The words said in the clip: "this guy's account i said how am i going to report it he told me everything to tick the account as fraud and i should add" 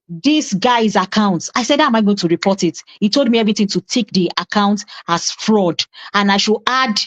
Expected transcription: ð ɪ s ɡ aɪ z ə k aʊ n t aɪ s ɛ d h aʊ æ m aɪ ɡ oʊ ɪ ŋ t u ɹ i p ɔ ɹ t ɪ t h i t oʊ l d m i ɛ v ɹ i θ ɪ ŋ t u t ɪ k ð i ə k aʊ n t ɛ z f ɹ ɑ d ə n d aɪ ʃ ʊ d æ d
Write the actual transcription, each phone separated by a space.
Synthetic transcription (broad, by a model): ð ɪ s ɡ aɪ z ə k aʊ n t aɪ s ɛ d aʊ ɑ m aɪ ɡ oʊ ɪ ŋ t u ɹ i p ɔ t ɪ t h i t oʊ l d m i ɛ v ɹ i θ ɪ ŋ t u t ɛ k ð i ə k aʊ n t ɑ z f ɹ ɑ d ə n aɪ ʃ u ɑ d